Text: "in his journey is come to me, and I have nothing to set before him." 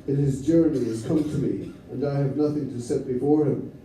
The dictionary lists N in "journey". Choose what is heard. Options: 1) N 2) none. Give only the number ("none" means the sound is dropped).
1